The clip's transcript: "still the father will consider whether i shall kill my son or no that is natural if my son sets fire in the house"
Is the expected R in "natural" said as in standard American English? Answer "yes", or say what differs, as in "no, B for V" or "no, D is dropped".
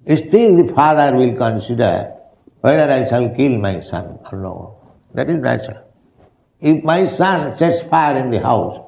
no, R is dropped